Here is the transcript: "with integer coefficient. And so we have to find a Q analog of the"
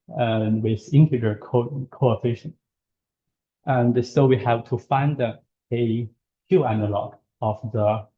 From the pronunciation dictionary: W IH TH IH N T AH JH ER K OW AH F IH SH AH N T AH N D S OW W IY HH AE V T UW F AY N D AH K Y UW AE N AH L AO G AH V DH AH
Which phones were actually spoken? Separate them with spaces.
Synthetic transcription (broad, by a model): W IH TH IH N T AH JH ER K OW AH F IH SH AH N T AH N D S OW W IY HH AE V T UW F AY N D AH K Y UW AE N AH L AO G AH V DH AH